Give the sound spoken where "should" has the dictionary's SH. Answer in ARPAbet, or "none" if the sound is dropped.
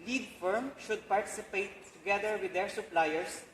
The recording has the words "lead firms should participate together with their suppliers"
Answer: SH